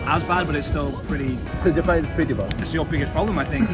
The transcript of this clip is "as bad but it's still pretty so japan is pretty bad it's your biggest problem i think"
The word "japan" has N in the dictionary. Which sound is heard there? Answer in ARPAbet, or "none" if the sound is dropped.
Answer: none